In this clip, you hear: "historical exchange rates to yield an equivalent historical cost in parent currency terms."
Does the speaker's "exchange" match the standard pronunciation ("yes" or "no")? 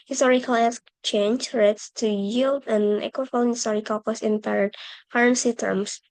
no